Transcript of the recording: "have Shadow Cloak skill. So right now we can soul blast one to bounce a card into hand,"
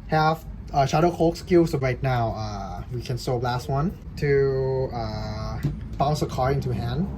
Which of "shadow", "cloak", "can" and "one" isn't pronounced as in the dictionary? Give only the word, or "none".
cloak